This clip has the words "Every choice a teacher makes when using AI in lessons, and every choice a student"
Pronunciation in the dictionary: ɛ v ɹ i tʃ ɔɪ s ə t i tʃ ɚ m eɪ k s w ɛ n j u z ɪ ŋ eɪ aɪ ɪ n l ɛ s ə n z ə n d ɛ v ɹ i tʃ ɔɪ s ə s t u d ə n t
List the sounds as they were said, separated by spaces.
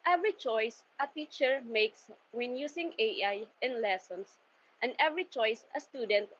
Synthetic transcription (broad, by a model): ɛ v ɹ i tʃ ɔɪ s ə t i tʃ ɚ m eɪ k s w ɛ n j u s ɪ ŋ eɪ aɪ ɪ n l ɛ s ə n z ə n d ɛ v ɹ i tʃ ɔɪ s ə s t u d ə n t